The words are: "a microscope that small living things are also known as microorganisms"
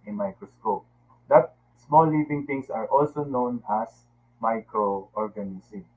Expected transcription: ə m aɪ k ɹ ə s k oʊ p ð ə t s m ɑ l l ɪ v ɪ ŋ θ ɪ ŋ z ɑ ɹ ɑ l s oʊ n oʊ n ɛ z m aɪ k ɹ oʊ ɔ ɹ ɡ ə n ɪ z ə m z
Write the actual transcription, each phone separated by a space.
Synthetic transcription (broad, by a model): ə m aɪ k ɹ ə s k oʊ p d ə t s m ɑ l l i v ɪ ŋ t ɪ ŋ s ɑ ɹ ɑ l s oʊ n oʊ n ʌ s m aɪ k ɹ oʊ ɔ ɹ ɡ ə n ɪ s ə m